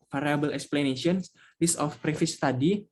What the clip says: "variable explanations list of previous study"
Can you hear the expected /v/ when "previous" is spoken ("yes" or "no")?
no